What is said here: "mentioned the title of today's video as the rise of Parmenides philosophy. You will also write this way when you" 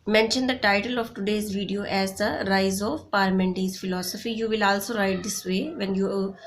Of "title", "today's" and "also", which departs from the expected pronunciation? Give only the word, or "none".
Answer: none